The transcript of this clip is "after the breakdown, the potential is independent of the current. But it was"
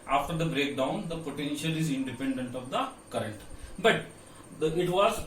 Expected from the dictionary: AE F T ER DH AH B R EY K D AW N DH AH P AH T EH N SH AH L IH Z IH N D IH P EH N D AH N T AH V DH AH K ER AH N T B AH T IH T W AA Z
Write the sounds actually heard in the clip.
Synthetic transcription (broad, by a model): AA F T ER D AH B R EY K D AW N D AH P AH T EH N SH AH L IH Z IH N D IH P EH N D AH N T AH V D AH K ER AH N T B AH T IH T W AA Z